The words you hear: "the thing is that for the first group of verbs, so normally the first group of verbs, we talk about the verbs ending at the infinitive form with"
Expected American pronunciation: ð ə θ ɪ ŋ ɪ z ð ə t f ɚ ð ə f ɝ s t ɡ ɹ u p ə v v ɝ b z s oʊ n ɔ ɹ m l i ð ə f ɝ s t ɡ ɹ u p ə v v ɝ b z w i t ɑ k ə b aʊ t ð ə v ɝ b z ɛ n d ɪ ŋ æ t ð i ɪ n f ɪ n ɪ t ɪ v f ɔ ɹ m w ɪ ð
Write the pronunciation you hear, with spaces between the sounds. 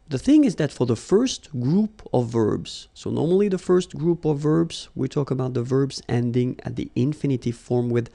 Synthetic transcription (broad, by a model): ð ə θ ɪ ŋ ɪ z ð ə t f ɚ ð ə f ɝ s t ɡ ɹ u p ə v v ɝ b z s oʊ n ɔ ɹ m l i ð ə f ɝ s t ɡ ɹ u p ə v v ɝ b z w i t ɑ k ə b aʊ t ð ə v ɝ b z ɛ n d ɪ ŋ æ t ð i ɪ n f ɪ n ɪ t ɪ f ɔ ɹ m w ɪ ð